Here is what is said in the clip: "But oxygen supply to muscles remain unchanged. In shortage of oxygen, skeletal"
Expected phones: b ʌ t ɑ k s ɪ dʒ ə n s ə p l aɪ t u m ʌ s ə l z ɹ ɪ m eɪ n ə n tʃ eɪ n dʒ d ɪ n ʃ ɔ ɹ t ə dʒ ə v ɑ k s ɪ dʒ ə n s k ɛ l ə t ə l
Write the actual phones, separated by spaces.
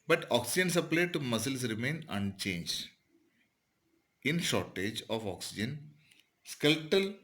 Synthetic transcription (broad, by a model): b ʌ t ɑ k s ɪ dʒ ə n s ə p l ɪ t u m ʌ s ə l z ɹ ɪ m eɪ n ə n tʃ eɪ n dʒ d ɪ n ʃ ɔ ɹ t ə dʒ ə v ɑ k s ɪ dʒ ə n s k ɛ l t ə l